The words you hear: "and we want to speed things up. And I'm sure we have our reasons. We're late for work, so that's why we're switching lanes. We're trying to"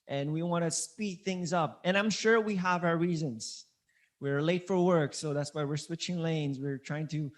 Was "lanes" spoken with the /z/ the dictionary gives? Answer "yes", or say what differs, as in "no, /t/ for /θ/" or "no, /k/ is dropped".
yes